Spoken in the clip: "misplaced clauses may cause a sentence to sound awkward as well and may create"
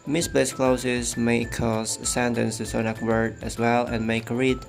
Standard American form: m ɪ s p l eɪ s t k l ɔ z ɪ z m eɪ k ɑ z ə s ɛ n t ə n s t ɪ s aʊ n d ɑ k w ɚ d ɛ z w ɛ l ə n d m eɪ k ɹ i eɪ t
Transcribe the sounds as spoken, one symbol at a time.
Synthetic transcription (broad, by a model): m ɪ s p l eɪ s k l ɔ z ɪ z m eɪ k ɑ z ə s ɛ n t ə n s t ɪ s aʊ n ɑ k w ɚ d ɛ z w ɛ l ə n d m eɪ k ɹ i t